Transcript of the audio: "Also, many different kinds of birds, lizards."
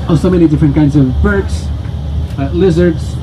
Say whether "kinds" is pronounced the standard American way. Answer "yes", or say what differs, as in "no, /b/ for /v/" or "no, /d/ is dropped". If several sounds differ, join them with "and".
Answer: yes